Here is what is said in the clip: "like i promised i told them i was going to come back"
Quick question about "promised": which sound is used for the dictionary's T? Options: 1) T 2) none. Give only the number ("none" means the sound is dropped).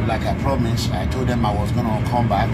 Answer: 2